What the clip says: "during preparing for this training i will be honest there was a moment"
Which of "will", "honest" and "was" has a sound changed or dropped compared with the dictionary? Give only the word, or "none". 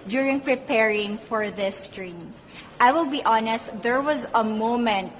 none